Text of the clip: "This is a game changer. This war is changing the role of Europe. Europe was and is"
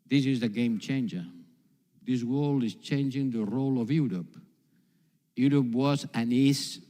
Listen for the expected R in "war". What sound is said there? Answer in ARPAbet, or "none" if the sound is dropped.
L